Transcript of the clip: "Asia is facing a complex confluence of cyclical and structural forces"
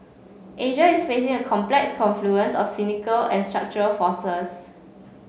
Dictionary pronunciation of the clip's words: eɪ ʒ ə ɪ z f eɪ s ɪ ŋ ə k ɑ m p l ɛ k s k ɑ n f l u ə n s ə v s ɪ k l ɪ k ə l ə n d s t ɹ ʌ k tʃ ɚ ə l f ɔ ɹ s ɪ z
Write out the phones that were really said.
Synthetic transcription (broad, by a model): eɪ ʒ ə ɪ s f eɪ s ɪ ŋ ə k ɑ m p l ɛ k s k ɑ n f l u ə n s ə f s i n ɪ k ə l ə n s t ɹ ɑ k tʃ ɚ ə l f ɔ s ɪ s